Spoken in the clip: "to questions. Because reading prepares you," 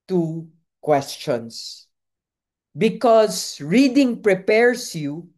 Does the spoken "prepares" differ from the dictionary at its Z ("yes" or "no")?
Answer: yes